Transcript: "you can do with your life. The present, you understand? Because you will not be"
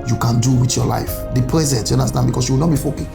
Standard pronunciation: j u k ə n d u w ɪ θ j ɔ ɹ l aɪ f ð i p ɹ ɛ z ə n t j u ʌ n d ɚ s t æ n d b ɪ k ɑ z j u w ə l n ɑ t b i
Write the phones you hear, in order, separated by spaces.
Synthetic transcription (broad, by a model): j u k ə n d u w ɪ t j ɔ l aɪ f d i p ɹ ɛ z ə n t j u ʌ n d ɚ s t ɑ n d b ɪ k ɑ s j u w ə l n ɑ t b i